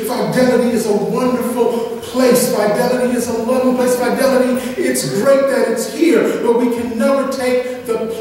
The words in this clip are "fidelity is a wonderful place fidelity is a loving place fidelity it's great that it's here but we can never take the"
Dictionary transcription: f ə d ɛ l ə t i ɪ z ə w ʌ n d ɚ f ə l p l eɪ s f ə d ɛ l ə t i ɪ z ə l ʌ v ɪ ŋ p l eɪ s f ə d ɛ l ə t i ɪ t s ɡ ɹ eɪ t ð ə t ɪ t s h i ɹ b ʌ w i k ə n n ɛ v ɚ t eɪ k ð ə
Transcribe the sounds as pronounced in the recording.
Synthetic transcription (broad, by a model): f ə d ɛ l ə t i ɪ z ə w ʌ n d ɚ f l p l eɪ s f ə d ɛ l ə t i ɪ z ə w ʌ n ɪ p l eɪ s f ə d ɛ l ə t i ɪ t s ɡ ɹ eɪ t ð ə t ɪ t s h i ɹ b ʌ w i k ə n n ɛ v ɚ t eɪ k ð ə